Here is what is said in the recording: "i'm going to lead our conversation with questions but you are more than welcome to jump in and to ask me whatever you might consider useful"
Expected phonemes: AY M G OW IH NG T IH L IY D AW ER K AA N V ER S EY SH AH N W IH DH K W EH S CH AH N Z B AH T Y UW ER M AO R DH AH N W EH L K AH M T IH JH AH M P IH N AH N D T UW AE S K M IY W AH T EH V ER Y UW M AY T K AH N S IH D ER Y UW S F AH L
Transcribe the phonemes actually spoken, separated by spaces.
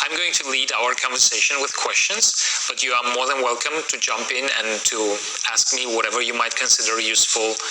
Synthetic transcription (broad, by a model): AY M G OW IH NG T IH L IY D AW ER K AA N V ER S EY SH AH N W IH DH K W EH S CH AH N Z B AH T Y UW ER M AO R DH AH N W EH L K AH M T IH JH AH M P IH N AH N T UW AE S K M IY W AH T EH V ER Y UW M AY T K AH N S IH D ER Y UW S F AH L